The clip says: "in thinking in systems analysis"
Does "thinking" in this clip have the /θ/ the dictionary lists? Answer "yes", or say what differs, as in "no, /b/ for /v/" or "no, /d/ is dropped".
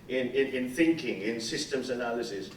yes